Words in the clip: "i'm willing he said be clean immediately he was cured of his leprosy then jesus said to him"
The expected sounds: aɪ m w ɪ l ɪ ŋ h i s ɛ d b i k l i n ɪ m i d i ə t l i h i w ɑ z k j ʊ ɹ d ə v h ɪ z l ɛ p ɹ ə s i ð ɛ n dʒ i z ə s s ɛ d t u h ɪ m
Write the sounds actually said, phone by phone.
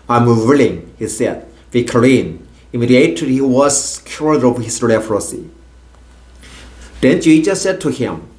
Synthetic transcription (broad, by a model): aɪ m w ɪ l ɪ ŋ h i s ɛ d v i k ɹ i n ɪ m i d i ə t i h i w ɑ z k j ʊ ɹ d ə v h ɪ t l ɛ f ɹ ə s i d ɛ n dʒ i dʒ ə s s ɛ d t u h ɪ m